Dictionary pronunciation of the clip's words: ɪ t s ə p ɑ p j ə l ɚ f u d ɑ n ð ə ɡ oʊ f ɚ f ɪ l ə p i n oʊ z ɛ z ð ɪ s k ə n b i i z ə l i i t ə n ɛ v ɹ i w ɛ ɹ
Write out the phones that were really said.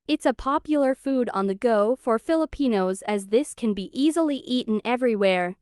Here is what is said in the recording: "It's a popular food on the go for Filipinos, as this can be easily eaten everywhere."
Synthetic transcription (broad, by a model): ɪ t s ə p ɑ p j l ɚ f u d n ð ə ɡ oʊ f ɚ f ɪ l ə p i n oʊ z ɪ z ð ɪ s k ə n b i i z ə l i i t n ɛ v ɹ i w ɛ ɹ